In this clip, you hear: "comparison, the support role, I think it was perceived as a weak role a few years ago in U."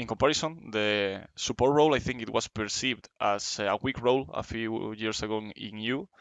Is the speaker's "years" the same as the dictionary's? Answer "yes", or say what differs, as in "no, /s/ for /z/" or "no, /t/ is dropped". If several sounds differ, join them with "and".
no, /s/ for /z/